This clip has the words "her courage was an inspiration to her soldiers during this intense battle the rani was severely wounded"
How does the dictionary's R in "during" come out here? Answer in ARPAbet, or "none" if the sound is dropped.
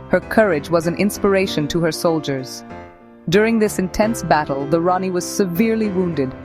R